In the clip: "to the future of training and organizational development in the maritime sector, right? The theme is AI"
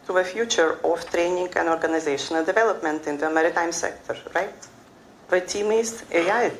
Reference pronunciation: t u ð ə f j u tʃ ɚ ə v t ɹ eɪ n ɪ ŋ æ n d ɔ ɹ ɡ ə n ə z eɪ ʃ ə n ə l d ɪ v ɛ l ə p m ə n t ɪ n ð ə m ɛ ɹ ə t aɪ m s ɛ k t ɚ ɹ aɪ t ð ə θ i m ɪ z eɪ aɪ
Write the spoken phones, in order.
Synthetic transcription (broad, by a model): t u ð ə f j u tʃ ɚ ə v t ɹ eɪ n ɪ ŋ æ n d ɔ ɹ ɡ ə n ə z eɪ ʃ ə n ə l d ɪ v ɛ l ə p m ə n t ɪ n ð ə m ɛ ɹ ə t aɪ m s ɛ k t ɚ ɹ aɪ t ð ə t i m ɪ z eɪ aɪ